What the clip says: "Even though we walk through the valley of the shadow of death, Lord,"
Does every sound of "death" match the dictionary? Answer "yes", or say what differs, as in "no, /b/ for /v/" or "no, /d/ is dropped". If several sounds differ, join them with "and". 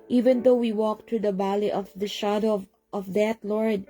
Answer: no, /t/ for /θ/